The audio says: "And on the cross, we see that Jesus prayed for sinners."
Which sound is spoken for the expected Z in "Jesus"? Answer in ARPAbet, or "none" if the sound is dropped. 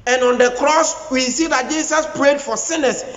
S